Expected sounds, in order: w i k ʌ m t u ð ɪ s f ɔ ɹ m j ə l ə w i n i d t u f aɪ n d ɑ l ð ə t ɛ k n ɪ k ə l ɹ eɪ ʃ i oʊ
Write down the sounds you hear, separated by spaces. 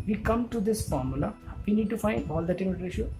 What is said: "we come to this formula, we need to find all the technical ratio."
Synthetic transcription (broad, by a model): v i k ʌ m t u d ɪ s f ɔ ɹ m j ə l ə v i n i d t u f aɪ n d ɑ l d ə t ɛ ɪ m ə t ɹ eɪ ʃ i